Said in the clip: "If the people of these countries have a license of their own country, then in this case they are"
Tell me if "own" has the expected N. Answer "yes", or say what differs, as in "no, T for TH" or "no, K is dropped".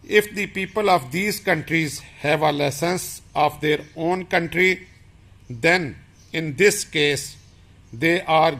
yes